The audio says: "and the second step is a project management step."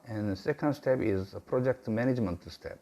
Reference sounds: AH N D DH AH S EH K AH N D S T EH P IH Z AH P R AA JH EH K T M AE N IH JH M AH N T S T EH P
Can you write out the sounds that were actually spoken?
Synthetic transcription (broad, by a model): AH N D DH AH S EH K AH N D S T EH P IH Z AH P R AA JH EH K T M AE N IH JH M AH N T S T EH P